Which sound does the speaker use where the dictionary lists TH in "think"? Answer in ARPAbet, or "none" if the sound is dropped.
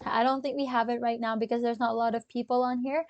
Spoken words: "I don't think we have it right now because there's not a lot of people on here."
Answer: TH